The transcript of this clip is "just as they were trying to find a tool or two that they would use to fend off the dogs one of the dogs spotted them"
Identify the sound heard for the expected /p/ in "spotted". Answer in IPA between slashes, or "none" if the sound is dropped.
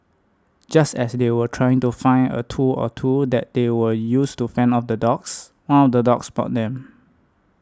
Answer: /b/